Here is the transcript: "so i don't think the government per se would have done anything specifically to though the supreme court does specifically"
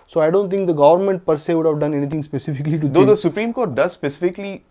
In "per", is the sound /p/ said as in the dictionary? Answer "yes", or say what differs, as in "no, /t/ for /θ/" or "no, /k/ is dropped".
yes